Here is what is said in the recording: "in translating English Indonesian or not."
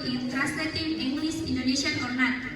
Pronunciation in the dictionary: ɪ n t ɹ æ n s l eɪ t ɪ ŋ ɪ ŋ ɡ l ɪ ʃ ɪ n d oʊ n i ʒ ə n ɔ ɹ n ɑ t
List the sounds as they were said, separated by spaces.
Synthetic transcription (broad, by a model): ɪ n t ɹ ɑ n s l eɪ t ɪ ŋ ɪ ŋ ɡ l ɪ s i n d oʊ n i s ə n ɔ ɹ n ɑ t